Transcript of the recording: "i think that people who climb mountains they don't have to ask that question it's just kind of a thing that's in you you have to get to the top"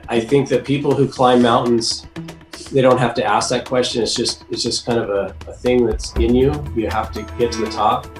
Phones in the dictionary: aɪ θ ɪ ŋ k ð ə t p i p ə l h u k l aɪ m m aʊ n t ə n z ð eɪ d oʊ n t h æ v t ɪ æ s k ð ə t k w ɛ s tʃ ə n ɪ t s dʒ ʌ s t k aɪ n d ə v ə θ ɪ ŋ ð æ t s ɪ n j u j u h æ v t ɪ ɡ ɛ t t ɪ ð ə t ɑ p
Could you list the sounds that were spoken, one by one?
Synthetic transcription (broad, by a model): aɪ θ ɪ ŋ k ð ə t p i p l h u k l aɪ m m aʊ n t n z ð eɪ d oʊ n t h æ f t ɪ æ s k ð ə t k w ɛ s tʃ ə n ɪ t s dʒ ʌ s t k aɪ n d ə v ə θ ɪ ŋ ð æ t s ɪ n j u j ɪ h æ f t ɪ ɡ ɛ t t ɪ ð ə t ɑ p